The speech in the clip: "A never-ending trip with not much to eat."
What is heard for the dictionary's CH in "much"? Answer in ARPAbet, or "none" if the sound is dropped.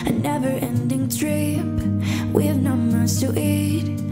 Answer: S